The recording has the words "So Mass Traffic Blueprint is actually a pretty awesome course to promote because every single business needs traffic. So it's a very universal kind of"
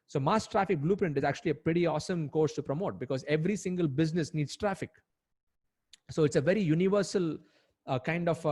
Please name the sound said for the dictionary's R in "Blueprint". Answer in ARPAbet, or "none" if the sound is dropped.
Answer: R